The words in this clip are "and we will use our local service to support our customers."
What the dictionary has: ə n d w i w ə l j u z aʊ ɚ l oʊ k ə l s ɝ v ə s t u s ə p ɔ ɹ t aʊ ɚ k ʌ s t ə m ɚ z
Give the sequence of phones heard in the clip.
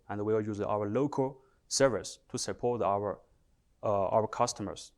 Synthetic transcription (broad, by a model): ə n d w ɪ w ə j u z aʊ ɚ l oʊ k ə l s ɝ v ə s t u s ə p ɔ ɹ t aʊ ɚ k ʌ s t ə m ɚ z